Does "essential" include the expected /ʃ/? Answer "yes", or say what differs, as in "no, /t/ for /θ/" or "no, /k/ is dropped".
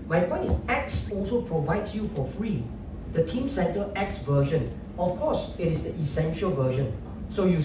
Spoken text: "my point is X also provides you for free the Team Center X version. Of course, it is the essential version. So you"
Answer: yes